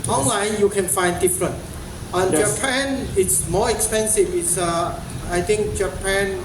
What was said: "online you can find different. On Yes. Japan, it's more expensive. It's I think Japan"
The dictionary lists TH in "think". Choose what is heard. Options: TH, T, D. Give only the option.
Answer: T